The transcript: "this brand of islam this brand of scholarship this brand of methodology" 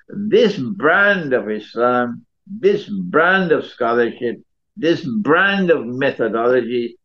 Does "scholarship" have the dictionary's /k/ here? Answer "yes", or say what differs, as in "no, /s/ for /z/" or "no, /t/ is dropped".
yes